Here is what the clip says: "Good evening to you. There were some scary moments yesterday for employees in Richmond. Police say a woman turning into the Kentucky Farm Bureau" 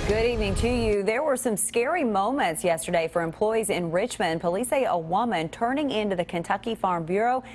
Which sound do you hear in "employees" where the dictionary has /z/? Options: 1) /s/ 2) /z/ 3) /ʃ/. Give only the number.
2